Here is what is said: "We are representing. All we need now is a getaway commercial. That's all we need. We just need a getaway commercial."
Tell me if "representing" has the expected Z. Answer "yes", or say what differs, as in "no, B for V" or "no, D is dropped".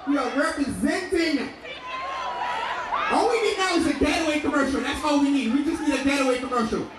yes